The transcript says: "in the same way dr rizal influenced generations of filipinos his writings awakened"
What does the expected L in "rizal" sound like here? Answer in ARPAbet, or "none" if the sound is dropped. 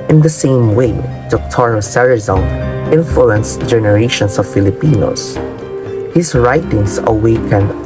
N